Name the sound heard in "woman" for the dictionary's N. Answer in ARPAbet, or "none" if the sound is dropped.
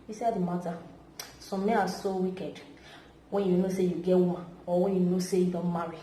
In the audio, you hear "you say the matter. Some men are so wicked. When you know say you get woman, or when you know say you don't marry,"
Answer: none